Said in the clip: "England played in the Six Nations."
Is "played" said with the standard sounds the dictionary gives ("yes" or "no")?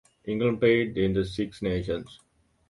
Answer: no